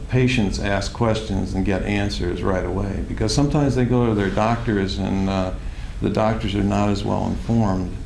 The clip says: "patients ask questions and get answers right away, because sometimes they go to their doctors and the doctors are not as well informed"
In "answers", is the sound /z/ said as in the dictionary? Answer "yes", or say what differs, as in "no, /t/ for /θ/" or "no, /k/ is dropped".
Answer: yes